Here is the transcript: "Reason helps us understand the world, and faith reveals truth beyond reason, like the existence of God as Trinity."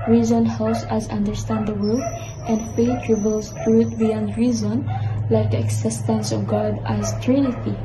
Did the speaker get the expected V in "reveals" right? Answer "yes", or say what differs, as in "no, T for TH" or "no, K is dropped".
no, B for V